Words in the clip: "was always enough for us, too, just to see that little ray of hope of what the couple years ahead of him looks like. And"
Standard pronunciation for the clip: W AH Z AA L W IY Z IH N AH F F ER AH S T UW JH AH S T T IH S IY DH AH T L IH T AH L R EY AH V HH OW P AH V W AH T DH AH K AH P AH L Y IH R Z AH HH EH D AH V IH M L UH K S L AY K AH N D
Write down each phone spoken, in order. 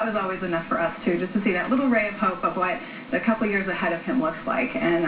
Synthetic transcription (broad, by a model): W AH Z AA L W IY Z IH N AH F F ER AH S T UW JH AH S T T IH S IY DH AH T L IH T L R EY AH V HH OW P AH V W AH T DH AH K AH P L Y IH R Z AH HH EH D AH V IH M L UH K S L AY K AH N